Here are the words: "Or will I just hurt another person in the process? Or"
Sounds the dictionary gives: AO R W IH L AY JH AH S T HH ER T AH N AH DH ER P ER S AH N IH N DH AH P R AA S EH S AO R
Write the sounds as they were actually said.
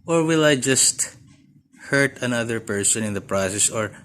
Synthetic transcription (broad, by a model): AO R W IH L AY JH AH S T HH ER T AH N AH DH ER P ER S AH N IH N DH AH P R AA S EH S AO R